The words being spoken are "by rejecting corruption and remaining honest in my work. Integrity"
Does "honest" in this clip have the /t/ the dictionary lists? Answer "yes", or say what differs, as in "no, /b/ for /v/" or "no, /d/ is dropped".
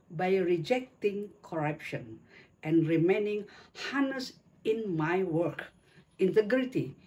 no, /t/ is dropped